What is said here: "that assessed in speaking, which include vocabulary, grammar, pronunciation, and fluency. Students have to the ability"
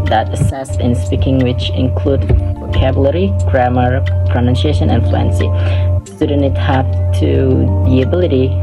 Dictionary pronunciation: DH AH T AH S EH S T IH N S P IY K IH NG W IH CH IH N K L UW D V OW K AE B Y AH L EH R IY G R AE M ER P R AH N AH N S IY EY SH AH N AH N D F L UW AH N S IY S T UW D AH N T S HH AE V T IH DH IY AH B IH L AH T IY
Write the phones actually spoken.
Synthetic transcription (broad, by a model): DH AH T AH S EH S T IH N S P IY K IH NG W IH CH IH N K L UW D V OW K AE B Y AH L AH R IY G R AE M ER P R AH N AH N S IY EY SH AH N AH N F L UW AH N S IY S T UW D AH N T HH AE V T IH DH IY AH B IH L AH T IY